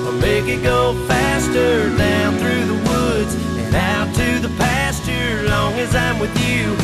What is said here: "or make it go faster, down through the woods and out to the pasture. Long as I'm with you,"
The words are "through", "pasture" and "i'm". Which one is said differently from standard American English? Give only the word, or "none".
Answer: none